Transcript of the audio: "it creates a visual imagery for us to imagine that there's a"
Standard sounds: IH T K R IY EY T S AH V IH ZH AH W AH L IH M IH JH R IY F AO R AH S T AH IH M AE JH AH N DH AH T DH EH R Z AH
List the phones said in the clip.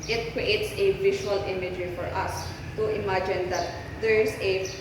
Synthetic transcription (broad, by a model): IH T K R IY EY T S AH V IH SH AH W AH L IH M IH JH IY F AO R AH S T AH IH M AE JH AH N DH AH T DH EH R S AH